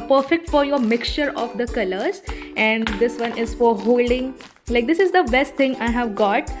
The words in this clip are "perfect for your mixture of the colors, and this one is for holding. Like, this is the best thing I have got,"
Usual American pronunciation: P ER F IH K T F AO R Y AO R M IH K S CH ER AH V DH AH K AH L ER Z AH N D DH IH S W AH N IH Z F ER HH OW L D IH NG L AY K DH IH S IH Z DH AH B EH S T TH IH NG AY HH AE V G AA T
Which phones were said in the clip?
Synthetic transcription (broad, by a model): P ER F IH K T F AO R Y AO R M IH K S CH ER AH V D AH K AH L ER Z AH N D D IH S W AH N IH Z F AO HH OW L D IH NG L AY K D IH S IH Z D AH B EH S T T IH NG AY HH AE V G AA T